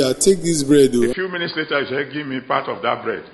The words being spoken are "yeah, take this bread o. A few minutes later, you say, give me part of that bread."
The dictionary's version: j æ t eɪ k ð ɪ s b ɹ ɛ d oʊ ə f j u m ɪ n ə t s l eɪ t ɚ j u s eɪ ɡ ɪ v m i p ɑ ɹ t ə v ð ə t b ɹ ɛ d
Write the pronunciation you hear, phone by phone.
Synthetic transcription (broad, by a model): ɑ t eɪ k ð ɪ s b ɹ ɛ d oʊ ə f j u m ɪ n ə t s l eɪ t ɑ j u ʃ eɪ ɡ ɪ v m i p ɑ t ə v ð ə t b ɹ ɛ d